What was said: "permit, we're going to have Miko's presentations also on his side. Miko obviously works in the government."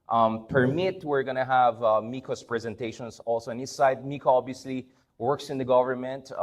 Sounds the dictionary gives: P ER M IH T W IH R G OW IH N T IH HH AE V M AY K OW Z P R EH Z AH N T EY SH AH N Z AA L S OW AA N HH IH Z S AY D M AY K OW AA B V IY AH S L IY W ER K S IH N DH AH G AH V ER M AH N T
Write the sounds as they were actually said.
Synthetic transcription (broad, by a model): P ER M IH T W IH R G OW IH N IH HH AE V M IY K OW S P R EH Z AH N T EY SH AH N S AA L S OW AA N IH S S AY D M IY K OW AA B V IY AH S L IY W ER K S IH N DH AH G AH V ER M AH N T